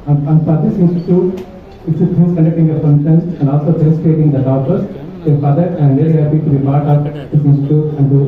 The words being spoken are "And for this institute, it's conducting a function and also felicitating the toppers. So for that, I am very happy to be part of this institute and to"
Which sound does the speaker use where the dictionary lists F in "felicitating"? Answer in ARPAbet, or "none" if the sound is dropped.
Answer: P